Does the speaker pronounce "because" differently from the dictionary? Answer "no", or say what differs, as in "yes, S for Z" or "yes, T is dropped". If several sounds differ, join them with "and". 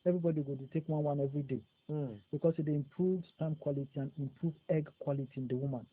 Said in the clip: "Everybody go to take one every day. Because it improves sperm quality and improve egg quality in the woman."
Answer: yes, S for Z